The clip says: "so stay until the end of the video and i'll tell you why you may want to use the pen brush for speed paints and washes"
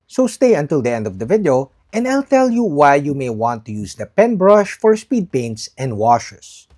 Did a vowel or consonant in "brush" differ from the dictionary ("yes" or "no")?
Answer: no